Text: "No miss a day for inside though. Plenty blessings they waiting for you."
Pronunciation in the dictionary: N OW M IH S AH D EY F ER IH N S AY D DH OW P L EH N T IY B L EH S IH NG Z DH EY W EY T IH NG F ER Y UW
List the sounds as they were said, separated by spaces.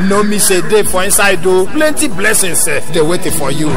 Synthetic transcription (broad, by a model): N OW M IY SH AH D EY F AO IH N S AY D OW P L EH N T IY B L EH S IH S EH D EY W EY T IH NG F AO Y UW